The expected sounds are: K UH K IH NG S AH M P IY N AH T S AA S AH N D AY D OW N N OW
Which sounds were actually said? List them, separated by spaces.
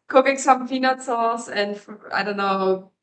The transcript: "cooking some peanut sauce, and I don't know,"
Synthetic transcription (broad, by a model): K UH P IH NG S AH M F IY N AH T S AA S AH N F AY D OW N N OW